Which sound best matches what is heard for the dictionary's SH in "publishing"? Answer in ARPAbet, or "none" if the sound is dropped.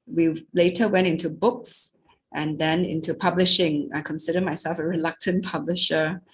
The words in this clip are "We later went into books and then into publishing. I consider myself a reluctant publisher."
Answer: SH